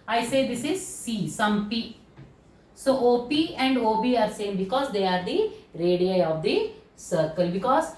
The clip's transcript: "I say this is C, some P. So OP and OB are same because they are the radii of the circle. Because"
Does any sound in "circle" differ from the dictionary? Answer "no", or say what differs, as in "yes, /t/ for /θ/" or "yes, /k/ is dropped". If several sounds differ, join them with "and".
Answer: no